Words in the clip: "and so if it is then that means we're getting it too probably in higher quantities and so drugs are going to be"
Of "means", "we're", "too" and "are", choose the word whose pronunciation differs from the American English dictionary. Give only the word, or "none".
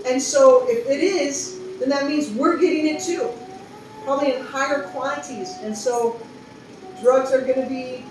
none